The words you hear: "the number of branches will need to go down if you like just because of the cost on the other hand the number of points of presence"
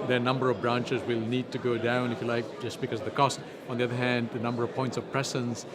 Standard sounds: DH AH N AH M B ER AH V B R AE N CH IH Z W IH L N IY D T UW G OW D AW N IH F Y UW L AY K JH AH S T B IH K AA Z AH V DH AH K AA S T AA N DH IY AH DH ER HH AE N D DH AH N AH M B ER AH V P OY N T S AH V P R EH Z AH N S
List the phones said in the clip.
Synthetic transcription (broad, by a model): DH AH N AH M B ER AH V B R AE N CH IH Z W IH L N IY D T UW G OW D AW N IH F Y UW L AY K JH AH S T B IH K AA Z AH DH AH K AA S T AA N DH IY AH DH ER HH AE N D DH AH N AH M B ER AH V P OY N T S AH V P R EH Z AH N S